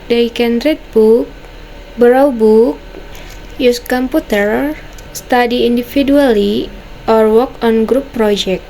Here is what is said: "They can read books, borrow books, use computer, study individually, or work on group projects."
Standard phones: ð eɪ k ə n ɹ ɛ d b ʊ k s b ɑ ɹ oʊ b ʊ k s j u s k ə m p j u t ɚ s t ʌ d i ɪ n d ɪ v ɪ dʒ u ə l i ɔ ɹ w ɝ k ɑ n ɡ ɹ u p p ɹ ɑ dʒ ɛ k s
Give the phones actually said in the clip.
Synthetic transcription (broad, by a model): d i k ə n ɹ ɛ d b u k b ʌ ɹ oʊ b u k j u s k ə m p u t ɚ s t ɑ d i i n d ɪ f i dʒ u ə l i ɔ ɹ w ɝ k ɑ n ɡ ɹ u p p ɹ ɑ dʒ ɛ k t